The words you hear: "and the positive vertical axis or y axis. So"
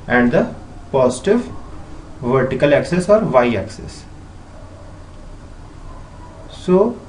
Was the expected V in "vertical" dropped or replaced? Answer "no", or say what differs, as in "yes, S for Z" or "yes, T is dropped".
no